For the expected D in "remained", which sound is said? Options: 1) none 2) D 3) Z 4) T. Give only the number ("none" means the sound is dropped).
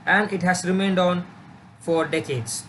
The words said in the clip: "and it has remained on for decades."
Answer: 2